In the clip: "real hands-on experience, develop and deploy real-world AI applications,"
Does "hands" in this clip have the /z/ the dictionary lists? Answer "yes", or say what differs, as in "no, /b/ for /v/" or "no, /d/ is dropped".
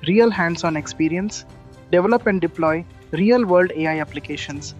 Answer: no, /s/ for /z/